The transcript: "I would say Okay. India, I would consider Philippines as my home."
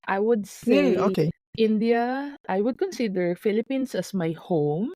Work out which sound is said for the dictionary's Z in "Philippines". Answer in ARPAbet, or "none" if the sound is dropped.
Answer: S